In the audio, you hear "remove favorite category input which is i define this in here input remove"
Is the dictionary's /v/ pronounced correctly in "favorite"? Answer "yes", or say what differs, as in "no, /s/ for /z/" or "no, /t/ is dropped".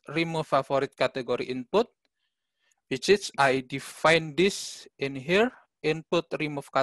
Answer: no, /v/ is dropped